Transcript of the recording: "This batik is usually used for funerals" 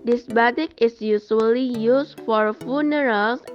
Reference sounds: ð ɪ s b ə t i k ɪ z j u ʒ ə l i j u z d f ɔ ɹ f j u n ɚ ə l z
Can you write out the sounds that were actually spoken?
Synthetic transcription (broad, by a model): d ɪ s b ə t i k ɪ s j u s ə l i j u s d f ɔ ɹ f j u n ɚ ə l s